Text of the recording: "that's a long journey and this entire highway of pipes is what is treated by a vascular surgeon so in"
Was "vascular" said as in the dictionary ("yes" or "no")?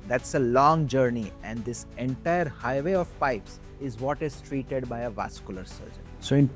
yes